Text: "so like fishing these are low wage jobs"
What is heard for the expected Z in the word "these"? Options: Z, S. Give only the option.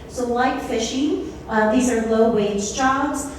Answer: Z